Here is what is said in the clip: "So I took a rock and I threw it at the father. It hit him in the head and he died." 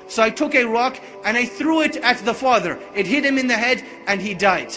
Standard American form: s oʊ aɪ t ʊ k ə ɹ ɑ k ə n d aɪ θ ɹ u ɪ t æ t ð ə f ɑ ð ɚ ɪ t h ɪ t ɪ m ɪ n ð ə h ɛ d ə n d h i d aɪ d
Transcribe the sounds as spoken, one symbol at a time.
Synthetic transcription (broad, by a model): s oʊ aɪ t ʊ k ə ɹ ɑ k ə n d aɪ θ ɹ u ɪ t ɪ t ð ə f ɑ ð ɚ ɪ t h ɪ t ɪ m ɪ n ð ə h ɛ d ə n i d aɪ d